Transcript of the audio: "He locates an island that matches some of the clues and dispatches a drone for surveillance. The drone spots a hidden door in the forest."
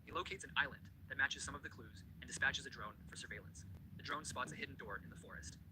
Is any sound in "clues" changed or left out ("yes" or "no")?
no